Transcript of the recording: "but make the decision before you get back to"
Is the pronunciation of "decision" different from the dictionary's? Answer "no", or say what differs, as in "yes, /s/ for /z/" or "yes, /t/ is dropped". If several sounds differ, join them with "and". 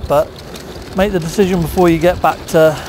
no